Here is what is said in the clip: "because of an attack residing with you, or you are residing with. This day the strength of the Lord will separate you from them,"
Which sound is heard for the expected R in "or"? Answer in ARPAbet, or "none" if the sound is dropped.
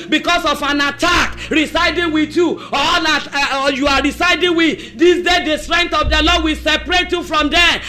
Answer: L